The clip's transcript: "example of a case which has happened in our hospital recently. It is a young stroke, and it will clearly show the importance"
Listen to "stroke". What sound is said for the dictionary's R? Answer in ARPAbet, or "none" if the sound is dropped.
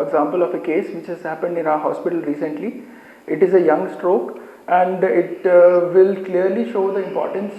R